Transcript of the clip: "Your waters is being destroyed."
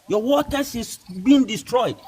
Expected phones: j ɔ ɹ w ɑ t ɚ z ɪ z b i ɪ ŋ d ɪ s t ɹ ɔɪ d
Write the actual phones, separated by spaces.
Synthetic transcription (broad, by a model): j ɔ w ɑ t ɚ s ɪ s b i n d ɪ s t ɹ ɔɪ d